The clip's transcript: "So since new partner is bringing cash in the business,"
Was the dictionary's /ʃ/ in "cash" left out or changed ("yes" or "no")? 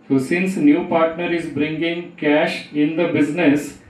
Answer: no